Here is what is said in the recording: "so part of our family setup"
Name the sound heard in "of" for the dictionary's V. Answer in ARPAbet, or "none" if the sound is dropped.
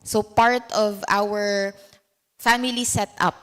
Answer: V